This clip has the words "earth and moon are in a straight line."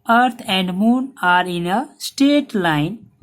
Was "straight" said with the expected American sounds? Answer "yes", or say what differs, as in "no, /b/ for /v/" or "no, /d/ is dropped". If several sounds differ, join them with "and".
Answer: no, /ɹ/ is dropped